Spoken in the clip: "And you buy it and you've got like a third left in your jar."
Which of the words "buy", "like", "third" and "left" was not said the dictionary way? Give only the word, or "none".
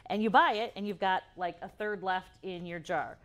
none